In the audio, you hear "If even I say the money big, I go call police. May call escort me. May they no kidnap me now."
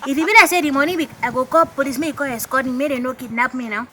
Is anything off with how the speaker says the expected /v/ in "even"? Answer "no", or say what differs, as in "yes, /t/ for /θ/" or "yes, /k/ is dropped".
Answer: yes, /b/ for /v/